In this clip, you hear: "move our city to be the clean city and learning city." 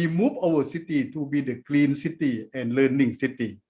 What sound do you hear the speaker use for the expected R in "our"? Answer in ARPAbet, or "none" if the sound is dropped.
W